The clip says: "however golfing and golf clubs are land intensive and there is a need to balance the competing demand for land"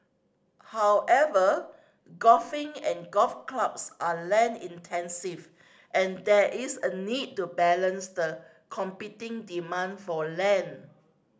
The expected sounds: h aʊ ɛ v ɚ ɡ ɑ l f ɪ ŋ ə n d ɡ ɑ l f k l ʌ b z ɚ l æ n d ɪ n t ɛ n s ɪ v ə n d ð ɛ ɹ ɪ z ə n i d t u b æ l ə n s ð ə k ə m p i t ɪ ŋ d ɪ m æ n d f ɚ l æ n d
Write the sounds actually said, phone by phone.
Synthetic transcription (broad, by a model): h aʊ ɛ v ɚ ɡ ɑ f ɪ ŋ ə n ɡ ɑ f k l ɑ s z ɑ l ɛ n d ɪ n t ɛ n s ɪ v ə n d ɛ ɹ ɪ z ə n i d t u b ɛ l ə n s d ə k ə m p i t ɪ ŋ d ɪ m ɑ n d f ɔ l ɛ n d